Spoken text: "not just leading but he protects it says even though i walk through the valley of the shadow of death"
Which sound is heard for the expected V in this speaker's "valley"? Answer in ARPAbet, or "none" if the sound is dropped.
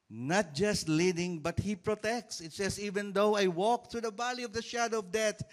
B